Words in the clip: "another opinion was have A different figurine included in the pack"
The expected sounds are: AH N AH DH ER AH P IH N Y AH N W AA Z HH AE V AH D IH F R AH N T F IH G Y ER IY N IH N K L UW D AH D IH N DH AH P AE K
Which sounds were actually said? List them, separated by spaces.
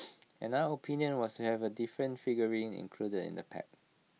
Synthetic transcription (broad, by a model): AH N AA ER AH P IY N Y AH N W AA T HH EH V AH D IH F R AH N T F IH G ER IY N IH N K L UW D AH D IH N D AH P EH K